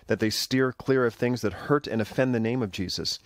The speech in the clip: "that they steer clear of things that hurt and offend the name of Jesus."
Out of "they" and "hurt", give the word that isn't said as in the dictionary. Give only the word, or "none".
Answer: none